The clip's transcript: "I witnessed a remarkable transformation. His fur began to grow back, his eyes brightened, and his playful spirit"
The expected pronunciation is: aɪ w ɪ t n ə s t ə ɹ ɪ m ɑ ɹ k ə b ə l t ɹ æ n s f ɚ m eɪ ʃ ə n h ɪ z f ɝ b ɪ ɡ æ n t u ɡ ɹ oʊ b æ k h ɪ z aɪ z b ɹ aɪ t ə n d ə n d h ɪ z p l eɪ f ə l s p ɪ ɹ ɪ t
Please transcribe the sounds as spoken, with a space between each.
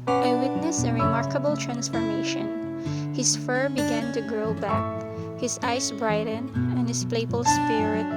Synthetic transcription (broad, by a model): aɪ w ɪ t n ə s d ə ɹ ɪ m ɑ ɹ k ə b ə l t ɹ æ n s f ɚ m eɪ ʃ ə n h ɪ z f ɝ b ɪ ɡ æ n t u ɡ ɹ oʊ b æ k h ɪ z aɪ s b ɹ aɪ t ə n ə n h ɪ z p l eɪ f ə l s p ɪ ɹ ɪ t